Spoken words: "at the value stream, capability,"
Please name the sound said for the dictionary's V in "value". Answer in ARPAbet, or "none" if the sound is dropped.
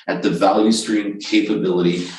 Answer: V